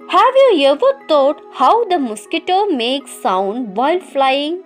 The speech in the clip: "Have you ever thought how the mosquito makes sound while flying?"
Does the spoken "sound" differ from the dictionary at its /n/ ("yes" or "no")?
no